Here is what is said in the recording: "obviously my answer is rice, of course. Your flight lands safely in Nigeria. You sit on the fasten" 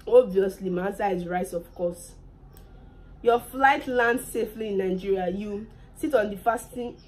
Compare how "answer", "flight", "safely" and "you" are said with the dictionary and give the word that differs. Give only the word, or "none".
answer